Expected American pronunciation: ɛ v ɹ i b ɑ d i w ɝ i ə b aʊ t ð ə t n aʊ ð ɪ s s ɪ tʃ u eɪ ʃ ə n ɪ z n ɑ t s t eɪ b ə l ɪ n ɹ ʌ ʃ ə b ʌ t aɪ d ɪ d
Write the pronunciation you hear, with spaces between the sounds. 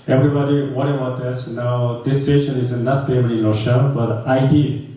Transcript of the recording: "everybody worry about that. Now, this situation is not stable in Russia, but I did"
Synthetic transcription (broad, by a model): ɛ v ɹ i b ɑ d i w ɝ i ə b aʊ t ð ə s n aʊ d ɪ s s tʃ eɪ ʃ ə n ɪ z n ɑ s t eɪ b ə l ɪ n l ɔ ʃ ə b ʌ t aɪ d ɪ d